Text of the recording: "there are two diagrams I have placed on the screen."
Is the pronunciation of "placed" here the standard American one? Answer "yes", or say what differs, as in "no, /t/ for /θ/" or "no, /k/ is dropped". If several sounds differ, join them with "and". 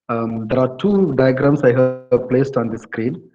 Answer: yes